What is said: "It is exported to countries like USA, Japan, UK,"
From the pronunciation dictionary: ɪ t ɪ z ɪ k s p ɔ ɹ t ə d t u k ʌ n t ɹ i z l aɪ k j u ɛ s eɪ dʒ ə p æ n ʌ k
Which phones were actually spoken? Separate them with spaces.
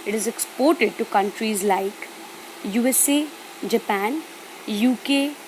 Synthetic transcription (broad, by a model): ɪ t ɪ z ɪ k s p ɔ ɹ t ə d t u k ʌ n t ɹ i z l aɪ k j u ɛ s eɪ dʒ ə p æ n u k